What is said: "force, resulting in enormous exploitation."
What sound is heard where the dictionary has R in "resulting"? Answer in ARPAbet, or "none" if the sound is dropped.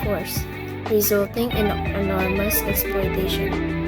R